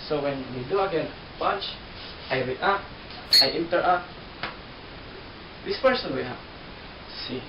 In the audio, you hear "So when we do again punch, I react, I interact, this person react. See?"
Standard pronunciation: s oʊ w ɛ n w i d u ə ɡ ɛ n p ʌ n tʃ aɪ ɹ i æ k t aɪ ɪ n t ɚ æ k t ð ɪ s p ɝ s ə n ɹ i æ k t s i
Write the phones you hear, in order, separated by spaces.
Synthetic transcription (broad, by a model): s oʊ w ɛ n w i d u ə ɡ ɛ n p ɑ tʃ aɪ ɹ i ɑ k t aɪ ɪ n t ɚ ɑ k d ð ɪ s p ɝ s ə n w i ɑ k s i